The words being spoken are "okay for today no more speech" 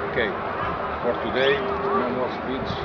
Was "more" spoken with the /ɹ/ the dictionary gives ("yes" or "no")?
no